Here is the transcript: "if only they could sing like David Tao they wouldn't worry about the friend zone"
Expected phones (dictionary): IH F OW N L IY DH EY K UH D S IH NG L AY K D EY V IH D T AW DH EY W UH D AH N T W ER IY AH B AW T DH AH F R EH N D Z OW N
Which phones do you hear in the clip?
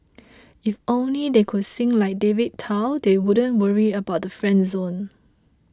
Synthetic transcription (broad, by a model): IH F OW N L IY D EY K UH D S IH NG L AY K D EY V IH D T AW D EY W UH D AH N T W ER IY AH B AW T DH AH F R EH N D Z OW N